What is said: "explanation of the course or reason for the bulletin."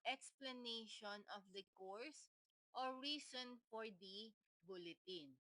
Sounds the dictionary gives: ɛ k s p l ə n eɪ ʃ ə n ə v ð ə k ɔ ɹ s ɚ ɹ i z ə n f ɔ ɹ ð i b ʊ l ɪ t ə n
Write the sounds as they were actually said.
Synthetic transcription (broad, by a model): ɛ k s p l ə n eɪ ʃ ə n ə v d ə k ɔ ɹ s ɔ ɹ i s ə n f ɔ ɹ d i b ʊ l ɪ t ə n